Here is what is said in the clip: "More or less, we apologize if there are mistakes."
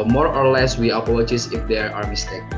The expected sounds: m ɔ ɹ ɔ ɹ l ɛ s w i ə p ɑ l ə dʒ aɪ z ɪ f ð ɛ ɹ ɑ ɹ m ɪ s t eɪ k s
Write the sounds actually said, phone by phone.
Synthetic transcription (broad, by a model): m ɔ ɹ ɔ ɹ l ɛ s w i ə p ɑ l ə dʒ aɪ s ɪ f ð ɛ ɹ ɑ ɹ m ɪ s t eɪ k